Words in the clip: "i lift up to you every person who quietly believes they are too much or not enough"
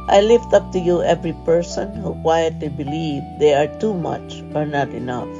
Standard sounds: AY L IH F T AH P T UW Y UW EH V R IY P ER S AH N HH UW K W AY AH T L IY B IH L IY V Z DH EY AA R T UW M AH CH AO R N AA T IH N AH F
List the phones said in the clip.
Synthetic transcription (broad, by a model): AY L IH F T AH P T UW Y UW EH V R IY P ER S AH N HH UW K W AY AH T L IY B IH L IY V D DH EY AA R T UW M AH CH AO R N AA T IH N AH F